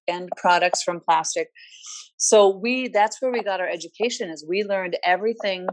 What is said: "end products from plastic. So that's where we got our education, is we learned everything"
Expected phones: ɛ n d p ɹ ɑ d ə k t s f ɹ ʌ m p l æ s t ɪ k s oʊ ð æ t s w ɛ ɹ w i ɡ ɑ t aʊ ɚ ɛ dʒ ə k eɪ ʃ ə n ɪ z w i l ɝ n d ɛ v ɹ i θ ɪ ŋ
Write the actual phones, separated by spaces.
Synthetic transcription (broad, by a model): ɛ n p ɹ ɑ d ə k t s f ɹ ʌ m p l æ s t ɪ k s oʊ ð æ t s w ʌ ɹ w i ɡ ɑ t aʊ ɚ ɛ dʒ ə k eɪ ʃ ə n ɪ z w i l ɝ n d ɛ v ɹ i θ ɪ ŋ